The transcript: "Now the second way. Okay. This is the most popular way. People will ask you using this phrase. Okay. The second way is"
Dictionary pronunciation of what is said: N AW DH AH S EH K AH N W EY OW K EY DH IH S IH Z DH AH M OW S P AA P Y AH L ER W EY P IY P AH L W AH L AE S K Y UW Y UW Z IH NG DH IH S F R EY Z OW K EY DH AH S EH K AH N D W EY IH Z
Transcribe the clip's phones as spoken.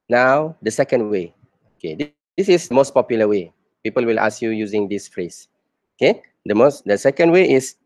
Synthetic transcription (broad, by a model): N AW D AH S EH K AH N W EY OW K EY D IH S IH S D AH M OW S P AA P Y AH L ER W EY P IY P AH L W AH L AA S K Y UW Y UW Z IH NG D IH S F R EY S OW K EY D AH S EH K AH N D W EY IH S